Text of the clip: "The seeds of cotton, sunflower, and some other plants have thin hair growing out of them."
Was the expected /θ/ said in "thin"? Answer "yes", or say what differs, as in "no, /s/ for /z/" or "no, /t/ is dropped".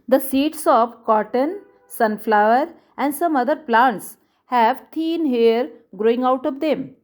no, /t/ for /θ/